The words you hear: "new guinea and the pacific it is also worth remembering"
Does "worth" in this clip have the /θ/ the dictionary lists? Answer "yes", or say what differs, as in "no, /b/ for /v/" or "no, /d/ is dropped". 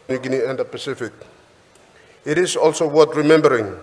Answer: no, /t/ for /θ/